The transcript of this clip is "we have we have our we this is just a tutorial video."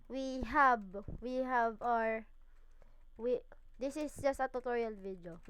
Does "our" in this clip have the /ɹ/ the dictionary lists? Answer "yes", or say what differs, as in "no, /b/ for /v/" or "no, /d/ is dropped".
yes